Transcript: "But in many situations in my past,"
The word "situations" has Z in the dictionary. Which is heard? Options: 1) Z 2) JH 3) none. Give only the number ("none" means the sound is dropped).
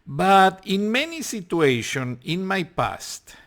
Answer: 3